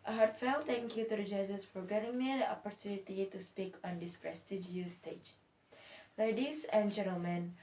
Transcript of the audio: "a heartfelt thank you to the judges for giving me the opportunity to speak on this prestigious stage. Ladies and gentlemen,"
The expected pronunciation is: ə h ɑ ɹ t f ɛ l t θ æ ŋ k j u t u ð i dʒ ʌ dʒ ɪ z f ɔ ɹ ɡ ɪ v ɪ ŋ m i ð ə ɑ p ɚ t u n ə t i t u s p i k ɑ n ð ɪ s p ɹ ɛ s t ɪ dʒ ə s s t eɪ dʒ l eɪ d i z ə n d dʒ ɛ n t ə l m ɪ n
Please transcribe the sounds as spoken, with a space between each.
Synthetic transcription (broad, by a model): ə h ɑ ɹ t f ɛ l t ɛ ŋ k j u t u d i dʒ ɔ z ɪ s f ɔ ɹ ɡ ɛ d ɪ ŋ m i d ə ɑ p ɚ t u n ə t i t u s p i k ɑ n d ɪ s p ɹ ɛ s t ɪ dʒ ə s s t eɪ dʒ l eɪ d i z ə n dʒ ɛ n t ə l m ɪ n